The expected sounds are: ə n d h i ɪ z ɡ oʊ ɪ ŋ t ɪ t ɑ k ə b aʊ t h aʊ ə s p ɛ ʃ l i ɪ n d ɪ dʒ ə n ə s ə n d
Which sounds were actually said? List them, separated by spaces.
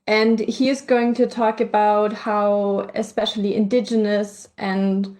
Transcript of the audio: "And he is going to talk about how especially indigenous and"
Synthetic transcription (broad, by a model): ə n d h i ɪ z ɡ oʊ ɪ ŋ t ɪ t ɑ k ə b aʊ t h aʊ ə s p ɛ ʃ l i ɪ n d ɪ dʒ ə n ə s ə n